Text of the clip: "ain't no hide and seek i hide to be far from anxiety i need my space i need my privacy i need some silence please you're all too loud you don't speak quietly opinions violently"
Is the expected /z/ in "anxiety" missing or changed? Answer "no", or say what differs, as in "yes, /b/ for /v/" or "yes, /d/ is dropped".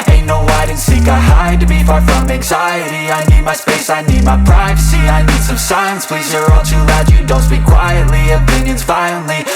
no